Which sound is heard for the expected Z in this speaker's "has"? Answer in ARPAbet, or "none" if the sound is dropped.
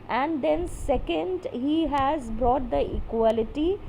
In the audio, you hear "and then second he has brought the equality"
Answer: Z